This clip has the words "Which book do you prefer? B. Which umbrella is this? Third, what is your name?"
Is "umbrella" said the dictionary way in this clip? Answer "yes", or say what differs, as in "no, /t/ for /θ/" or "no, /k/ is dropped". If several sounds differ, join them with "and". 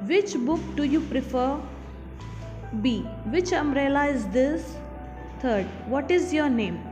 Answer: no, /b/ is dropped